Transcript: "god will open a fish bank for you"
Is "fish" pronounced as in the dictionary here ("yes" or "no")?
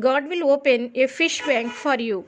yes